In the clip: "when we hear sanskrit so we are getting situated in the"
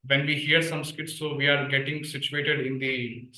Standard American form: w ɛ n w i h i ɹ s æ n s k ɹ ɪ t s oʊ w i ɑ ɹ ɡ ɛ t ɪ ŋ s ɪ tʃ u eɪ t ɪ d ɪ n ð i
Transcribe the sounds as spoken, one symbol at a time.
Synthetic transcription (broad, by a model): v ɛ n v i h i ɹ s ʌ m s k ɪ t s oʊ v i ɑ ɹ ɡ ɛ t ɪ ŋ s ɪ tʃ u eɪ t ɪ d ɪ n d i